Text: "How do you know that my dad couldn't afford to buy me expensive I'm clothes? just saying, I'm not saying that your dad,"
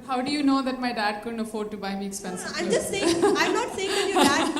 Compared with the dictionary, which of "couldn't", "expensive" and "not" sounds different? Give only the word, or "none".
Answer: expensive